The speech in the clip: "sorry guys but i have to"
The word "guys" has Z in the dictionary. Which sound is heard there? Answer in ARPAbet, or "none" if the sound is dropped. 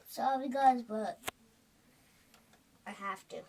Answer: Z